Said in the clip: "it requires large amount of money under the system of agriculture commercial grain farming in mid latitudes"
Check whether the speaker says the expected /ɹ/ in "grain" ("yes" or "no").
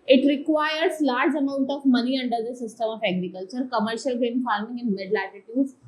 no